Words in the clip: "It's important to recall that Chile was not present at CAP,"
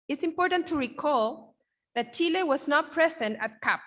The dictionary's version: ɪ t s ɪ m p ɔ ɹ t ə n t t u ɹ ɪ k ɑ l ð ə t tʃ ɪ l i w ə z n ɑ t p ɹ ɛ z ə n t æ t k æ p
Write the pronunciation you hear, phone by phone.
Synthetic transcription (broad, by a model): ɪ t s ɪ m p ɔ ɹ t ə n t t u ɹ ɪ k ɑ l ð ə t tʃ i l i w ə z n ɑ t p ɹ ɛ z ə n t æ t k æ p